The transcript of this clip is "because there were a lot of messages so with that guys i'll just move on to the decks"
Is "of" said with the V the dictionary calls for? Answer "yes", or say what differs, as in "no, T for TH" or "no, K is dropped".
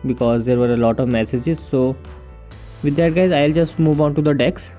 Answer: yes